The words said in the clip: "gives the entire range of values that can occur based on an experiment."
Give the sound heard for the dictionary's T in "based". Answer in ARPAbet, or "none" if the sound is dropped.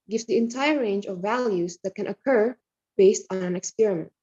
T